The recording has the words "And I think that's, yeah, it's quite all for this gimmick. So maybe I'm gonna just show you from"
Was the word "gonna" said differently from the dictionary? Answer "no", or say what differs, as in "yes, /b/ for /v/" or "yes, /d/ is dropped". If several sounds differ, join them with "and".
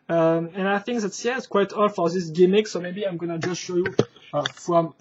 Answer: no